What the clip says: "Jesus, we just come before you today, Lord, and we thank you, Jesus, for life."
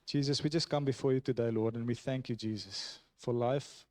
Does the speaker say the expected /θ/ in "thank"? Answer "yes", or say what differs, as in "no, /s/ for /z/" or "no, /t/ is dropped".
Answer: yes